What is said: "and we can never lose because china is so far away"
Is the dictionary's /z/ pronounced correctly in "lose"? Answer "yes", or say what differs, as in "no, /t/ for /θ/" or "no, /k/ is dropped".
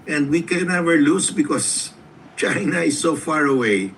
no, /s/ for /z/